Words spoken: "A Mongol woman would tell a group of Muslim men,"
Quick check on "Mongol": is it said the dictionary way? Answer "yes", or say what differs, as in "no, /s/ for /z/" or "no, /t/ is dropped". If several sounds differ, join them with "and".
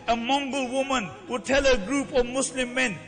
yes